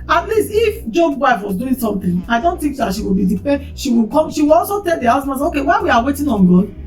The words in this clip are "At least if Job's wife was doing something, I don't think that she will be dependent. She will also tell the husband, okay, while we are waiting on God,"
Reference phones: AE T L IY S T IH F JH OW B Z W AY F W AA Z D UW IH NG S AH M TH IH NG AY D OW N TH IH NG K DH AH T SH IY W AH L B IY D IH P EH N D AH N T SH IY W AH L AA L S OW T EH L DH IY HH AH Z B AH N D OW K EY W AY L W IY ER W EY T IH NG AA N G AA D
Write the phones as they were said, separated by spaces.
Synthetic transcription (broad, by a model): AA T L IY S T IH F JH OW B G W AY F W AA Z D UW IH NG S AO M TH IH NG AY D OW N T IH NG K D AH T SH IY W AH L B IY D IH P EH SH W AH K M SH IY W AH L AA L S OW T EH L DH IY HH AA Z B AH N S OW K EY W AY W IY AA W EY T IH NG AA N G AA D